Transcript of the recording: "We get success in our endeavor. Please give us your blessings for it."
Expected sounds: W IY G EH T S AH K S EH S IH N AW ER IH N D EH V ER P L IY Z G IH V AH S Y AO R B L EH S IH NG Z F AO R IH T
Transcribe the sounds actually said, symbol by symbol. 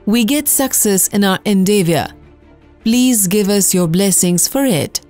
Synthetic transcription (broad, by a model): W IY G EH T S AH K S EH S IH N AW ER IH N D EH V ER P L IY Z G IH V AH S Y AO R B L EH S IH NG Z F AO R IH T